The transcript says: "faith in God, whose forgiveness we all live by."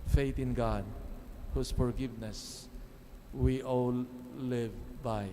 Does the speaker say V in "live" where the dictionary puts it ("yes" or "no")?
yes